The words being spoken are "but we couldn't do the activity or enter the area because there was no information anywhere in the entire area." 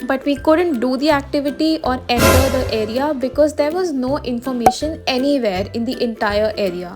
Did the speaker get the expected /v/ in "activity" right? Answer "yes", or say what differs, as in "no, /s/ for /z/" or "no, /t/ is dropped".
yes